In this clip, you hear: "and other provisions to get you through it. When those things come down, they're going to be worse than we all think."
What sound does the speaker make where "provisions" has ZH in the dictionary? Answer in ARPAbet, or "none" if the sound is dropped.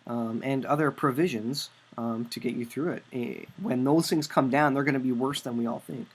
ZH